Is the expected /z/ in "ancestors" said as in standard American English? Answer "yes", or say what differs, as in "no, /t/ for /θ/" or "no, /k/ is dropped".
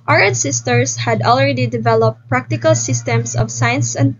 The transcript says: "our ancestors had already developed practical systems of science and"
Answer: no, /s/ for /z/